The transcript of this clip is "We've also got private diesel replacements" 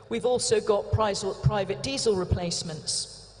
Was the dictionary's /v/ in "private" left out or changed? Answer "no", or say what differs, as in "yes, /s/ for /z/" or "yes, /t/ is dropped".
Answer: no